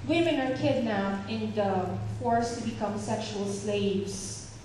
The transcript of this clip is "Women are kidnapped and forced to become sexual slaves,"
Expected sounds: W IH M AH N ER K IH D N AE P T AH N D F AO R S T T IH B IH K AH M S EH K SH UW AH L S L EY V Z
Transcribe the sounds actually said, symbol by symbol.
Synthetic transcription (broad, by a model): W IH M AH N ER K IH D N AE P AH N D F AO R S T T IH B IH K AH M S EH K SH UW AH L S L EY V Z